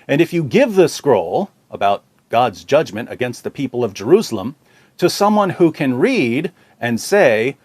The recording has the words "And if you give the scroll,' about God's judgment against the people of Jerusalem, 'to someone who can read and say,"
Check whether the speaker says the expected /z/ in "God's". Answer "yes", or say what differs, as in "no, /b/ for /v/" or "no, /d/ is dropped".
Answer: yes